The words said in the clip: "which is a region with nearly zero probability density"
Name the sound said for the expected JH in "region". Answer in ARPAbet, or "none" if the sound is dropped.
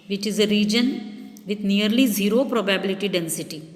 JH